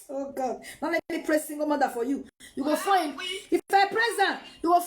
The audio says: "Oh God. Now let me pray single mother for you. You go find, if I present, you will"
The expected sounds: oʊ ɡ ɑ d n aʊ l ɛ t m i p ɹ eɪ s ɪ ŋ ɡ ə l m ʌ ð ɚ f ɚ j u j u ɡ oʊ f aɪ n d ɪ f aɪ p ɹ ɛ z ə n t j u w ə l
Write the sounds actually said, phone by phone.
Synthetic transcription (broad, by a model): oʊ ɡ ɑ d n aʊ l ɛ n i p ɹ eɪ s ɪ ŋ ɡ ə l m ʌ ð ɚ f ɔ j u j u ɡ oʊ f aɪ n ɪ f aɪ p ɹ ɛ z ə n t j u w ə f